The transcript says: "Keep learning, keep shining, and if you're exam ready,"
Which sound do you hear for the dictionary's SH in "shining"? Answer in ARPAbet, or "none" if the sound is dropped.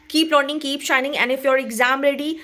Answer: SH